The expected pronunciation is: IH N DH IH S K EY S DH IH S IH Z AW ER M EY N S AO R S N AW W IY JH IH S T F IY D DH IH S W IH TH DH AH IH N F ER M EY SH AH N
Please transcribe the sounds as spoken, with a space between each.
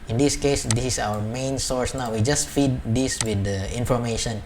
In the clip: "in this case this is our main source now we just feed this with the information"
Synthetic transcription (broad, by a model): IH N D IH S K EY S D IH S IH S AW ER M EY N S AO R S N AW W IY JH IH S T F IY D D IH S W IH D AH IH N F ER M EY SH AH N